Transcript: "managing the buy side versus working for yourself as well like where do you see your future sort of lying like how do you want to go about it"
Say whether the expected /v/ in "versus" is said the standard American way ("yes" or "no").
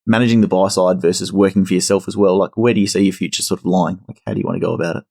yes